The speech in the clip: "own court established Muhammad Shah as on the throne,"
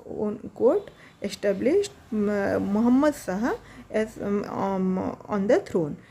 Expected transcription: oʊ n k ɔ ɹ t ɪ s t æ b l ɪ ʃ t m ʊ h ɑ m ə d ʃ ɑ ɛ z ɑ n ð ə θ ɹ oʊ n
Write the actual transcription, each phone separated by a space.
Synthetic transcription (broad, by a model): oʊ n k ɔ ɹ t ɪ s t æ b l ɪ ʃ t m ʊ h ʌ m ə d s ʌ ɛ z ɑ n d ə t ɹ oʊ n